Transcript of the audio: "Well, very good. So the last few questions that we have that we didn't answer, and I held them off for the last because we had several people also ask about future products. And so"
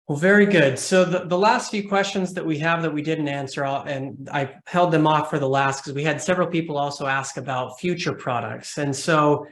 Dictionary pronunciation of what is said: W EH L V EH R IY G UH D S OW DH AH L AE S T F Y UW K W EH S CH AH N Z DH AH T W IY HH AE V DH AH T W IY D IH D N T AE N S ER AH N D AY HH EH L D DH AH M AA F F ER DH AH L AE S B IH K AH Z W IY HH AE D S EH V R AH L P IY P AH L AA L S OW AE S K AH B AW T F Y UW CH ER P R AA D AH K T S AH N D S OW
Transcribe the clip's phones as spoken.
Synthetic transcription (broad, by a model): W V EH R IY G UH D S OW DH AH L AE S T F Y UW K W EH S CH AH N Z DH AH T W IY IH V DH AH T W IY D IH D N T AE N S ER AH N AY HH EH L D DH AH M AA F F ER DH AH L AE S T K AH Z W IY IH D S EH V R L P IY P L AA L S OW AE S K AH B AW T F Y UW CH ER P R AA D AH K T S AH N S OW